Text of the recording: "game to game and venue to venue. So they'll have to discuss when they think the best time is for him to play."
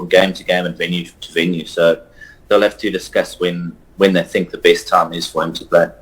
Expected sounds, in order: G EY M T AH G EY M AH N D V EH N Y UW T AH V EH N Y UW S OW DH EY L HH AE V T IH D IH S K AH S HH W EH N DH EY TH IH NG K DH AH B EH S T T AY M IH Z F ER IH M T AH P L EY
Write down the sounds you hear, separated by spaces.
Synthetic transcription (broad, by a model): G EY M T AH G EY M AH N V EH N Y UW T AH V EH N Y UW S OW DH EY L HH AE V T IH D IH S K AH S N W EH N DH EY TH IH NG K DH AH B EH S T T AY M IH Z F ER IH M T AH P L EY